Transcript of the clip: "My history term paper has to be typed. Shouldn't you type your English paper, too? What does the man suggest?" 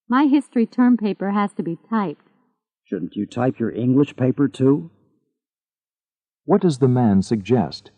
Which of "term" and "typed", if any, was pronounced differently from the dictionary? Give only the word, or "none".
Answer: none